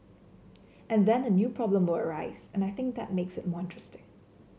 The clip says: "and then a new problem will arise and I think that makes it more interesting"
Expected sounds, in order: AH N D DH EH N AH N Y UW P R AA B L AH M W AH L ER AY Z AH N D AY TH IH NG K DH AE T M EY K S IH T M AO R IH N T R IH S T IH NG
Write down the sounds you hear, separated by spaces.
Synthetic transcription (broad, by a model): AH N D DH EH N AH N Y UW P R AA B L AH M W AH L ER AY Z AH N AY TH IH NG K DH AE T M EY K S IH T M AO R IH N T R IH S T IH NG